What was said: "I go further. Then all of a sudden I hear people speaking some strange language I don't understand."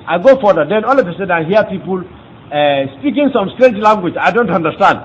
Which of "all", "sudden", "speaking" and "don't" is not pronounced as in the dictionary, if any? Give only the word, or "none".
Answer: sudden